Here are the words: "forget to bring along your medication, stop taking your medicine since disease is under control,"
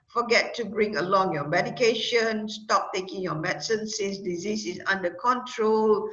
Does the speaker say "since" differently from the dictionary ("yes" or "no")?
yes